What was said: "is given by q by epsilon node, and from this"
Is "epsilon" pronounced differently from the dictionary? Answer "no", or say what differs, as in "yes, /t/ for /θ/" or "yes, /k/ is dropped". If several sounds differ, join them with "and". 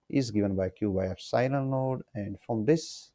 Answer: yes, /f/ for /p/